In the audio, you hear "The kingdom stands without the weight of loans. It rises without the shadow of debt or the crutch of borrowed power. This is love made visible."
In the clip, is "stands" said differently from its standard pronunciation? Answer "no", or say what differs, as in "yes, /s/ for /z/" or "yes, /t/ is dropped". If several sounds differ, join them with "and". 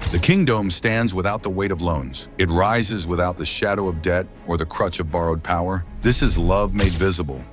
no